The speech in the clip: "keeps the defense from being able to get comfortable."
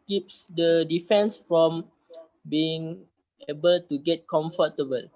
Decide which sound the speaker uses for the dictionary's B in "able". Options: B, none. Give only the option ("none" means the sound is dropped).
B